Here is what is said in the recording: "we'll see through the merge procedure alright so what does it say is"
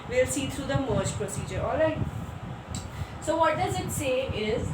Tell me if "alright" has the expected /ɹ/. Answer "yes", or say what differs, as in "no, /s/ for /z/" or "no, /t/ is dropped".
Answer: no, /ɹ/ is dropped